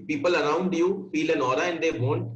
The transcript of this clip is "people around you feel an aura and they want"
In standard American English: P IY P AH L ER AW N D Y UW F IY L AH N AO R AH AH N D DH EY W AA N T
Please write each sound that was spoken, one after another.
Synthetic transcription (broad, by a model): P IY P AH L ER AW N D Y UW F IY L AH N AO R AH AH N D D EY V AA N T